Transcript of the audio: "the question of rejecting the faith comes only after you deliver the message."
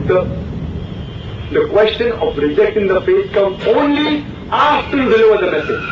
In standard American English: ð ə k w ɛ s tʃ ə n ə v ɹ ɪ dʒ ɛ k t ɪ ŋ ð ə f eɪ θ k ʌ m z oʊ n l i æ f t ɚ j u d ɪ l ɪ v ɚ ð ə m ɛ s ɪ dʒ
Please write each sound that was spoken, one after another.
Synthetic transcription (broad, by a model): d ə k w ɛ s tʃ ə n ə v ɹ ɪ dʒ ɛ k t ɪ ŋ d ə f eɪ t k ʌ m oʊ n l i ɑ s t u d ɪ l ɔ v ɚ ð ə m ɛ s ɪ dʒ